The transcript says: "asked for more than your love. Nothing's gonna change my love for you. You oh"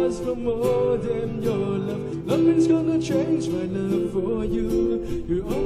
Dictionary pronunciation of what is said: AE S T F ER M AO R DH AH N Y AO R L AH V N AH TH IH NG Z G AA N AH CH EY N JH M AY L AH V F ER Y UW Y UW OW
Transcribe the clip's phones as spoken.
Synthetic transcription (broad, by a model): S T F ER M AO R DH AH N Y AO R L AH V L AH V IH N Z G AA N AH CH EY N JH M AY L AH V F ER Y UW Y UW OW